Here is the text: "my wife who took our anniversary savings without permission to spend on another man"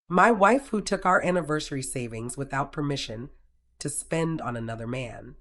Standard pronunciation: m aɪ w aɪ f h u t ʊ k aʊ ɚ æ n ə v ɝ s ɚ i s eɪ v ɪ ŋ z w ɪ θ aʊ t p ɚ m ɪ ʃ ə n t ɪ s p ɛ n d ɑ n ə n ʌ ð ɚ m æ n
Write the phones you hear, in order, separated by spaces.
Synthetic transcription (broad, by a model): m aɪ w aɪ f h u t ʊ k aʊ ɚ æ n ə v ɝ s ɚ i s eɪ v ɪ ŋ z w ɪ θ aʊ t p ɚ m ɪ ʃ ə n t ɪ s p ɛ n d n ə n ʌ ð ɚ m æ n